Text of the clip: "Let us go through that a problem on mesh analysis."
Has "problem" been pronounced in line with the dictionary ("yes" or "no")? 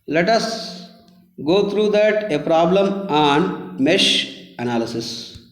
yes